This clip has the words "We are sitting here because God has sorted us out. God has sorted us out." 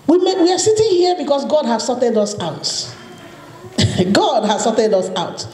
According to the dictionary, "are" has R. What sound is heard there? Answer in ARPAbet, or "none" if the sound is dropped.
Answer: W